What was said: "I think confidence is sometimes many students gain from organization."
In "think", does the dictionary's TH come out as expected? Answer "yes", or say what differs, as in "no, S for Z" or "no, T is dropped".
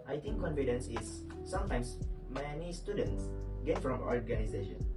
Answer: no, T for TH